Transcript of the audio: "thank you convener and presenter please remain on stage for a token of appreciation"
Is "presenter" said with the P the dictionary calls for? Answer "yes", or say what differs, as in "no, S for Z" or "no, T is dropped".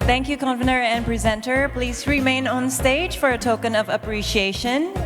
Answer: yes